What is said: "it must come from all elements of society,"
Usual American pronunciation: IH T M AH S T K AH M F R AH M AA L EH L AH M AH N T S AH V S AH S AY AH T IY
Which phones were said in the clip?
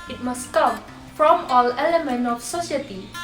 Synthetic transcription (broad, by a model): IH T M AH S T K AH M F R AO M AA L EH L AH M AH N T AH F S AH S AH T IY